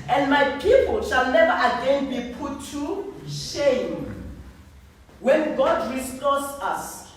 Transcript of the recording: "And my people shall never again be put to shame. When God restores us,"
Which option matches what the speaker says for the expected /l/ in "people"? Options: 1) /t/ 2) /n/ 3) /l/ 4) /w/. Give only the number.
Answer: 3